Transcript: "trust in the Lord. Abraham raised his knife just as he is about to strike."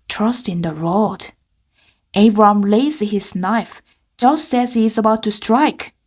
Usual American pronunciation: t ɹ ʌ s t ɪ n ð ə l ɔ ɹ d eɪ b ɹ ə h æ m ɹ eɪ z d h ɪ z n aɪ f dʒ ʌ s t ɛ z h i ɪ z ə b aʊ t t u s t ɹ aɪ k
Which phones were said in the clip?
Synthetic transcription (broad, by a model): t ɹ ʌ s t ɪ n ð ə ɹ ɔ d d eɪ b ɹ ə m l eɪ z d h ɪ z n aɪ f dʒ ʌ s t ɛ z h i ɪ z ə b aʊ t t u s t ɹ aɪ k